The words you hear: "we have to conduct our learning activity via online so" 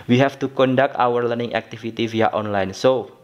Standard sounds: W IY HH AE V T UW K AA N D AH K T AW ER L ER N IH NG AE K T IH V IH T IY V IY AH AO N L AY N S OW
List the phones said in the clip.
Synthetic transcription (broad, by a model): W IY HH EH F T UW K AA N D AH K T AW ER L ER N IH NG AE K T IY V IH T IY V IY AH AO N L AY N S OW